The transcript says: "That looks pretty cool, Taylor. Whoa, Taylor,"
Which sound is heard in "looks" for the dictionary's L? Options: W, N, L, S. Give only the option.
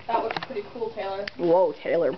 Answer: W